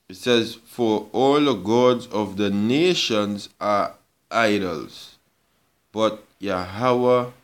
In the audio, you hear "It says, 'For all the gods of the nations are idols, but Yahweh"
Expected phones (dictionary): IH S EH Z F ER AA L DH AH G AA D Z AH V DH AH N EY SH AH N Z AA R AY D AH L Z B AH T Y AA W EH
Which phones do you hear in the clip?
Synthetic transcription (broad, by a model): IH S EH Z F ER AA L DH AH G AA D Z AH V DH AH N EY SH AH N Z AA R AY D AH L Z B AH T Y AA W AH